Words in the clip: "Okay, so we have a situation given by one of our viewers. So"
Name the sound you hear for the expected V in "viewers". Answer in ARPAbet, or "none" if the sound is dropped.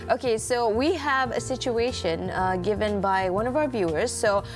V